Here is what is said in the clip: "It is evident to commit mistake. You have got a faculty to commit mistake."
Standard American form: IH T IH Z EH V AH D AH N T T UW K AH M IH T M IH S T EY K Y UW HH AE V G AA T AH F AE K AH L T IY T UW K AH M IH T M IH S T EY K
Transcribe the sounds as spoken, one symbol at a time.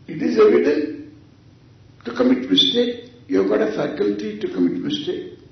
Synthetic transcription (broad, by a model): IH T IH Z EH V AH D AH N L T UW K AH M IH T M IH S T EY K Y UW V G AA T AH F AE K AH L T IY T UW K AH M IH T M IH S T EY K